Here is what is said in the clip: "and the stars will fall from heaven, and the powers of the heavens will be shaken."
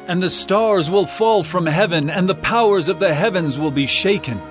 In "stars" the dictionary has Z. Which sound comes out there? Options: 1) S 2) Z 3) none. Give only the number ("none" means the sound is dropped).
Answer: 2